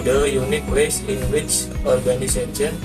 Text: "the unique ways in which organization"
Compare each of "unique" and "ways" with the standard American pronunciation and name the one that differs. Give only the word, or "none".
ways